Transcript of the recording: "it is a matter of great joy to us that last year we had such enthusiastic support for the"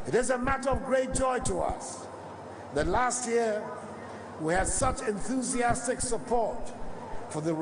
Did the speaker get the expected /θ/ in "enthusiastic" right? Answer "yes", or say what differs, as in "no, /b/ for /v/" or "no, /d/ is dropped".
yes